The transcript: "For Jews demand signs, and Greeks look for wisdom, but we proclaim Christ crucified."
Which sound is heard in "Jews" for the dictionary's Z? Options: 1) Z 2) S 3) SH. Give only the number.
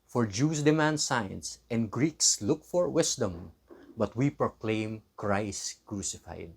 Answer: 2